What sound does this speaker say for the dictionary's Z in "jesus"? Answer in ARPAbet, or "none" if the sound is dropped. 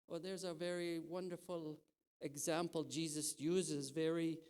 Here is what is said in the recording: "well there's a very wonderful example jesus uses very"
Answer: Z